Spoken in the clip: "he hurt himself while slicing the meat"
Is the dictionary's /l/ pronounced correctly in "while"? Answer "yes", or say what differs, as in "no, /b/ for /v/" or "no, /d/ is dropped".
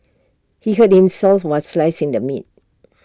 no, /n/ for /l/